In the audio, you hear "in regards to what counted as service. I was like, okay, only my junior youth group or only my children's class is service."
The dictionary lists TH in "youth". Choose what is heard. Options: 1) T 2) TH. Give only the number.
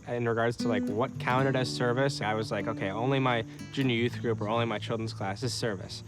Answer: 2